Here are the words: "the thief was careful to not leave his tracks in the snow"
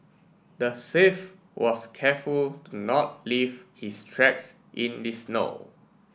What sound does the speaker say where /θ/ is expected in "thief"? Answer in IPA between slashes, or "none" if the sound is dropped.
/s/